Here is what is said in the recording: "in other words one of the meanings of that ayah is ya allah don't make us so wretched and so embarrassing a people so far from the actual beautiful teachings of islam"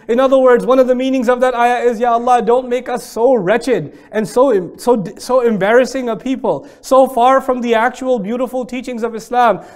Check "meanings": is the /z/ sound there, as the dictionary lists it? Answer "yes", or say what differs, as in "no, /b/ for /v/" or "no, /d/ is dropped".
yes